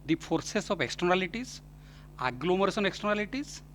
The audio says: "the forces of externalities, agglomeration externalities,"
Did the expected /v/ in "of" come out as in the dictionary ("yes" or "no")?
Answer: no